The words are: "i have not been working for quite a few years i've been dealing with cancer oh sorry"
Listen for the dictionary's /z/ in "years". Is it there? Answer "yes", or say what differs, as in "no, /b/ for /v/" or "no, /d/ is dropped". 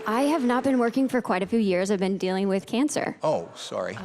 yes